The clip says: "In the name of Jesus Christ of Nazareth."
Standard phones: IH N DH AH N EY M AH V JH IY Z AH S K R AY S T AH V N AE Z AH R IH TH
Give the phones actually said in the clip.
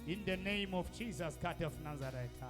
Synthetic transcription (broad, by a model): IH N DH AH N EY M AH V JH IY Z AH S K AY T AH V N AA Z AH R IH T